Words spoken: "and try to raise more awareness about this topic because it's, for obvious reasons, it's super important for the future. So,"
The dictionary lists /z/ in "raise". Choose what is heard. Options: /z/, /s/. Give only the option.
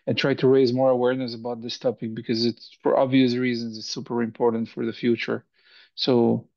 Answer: /z/